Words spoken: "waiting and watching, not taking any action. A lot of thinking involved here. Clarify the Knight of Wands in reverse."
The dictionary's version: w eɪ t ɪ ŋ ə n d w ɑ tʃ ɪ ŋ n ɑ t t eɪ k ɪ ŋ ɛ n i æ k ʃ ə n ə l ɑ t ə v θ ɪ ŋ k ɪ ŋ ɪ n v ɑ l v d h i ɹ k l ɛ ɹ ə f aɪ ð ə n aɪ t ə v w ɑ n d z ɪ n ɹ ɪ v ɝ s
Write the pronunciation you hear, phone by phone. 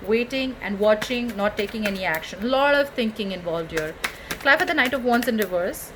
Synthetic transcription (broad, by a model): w eɪ t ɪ ŋ ə n d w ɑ tʃ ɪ ŋ n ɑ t t eɪ k ɪ ŋ ɛ n i æ k ʃ ə n l ɑ t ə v t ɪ ŋ k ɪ ŋ ɪ n v ɑ l v d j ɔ ɹ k l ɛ ə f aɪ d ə n aɪ t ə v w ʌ n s ɪ n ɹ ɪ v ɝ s